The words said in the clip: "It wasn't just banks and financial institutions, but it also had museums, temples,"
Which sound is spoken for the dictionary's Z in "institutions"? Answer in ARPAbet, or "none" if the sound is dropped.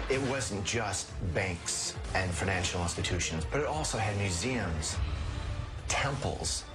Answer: Z